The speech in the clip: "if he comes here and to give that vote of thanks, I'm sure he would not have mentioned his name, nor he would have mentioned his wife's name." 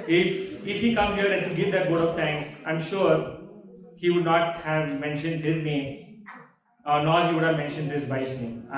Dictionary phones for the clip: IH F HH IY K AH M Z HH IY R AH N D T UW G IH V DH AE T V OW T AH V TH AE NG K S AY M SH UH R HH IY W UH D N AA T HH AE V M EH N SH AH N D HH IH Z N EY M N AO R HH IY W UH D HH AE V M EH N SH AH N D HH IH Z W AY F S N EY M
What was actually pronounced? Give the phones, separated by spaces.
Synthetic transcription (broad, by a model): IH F HH IY K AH M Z HH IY R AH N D T UW G IH V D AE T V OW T AH V T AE NG K S AY M SH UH R HH IY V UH D N AA T HH AE V M EH N SH AH N D HH IH Z N EY M N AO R HH IY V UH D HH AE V M EH N SH AH N D HH IH Z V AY S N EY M